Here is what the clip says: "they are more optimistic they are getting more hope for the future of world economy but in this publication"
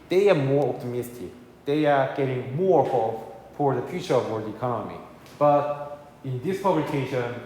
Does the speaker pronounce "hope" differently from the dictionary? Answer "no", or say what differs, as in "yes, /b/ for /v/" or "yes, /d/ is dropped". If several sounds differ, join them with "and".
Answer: yes, /f/ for /p/